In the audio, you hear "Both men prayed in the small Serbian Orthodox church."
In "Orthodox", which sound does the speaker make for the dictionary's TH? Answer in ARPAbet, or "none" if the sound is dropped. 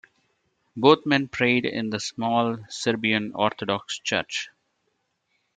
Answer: T